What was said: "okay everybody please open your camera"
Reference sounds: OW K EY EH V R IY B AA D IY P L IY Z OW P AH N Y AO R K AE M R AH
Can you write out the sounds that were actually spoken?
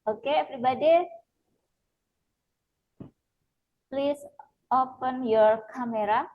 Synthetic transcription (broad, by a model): OW K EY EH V R IY B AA D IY P L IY S OW P AH N Y AO R K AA M R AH